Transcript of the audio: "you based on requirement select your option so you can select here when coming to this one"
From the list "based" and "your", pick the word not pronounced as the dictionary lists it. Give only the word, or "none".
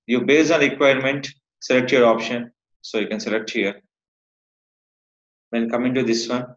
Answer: based